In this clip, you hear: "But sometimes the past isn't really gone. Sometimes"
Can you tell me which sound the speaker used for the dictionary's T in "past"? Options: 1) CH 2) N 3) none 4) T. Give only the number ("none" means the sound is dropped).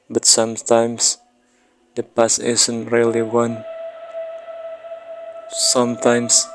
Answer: 3